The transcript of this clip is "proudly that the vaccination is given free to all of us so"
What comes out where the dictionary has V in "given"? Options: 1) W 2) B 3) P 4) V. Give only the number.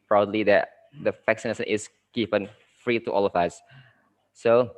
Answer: 3